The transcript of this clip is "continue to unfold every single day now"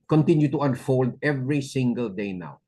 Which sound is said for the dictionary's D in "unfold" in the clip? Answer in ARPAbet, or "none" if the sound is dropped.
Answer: D